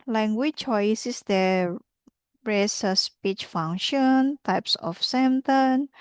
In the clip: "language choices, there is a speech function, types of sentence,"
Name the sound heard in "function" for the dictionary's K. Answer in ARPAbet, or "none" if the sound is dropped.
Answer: none